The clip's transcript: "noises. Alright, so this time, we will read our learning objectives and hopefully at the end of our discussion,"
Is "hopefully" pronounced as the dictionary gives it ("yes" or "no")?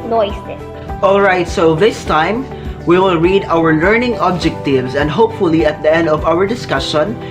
yes